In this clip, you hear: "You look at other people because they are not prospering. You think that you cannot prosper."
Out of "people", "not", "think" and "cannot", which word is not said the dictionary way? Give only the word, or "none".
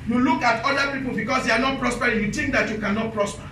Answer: think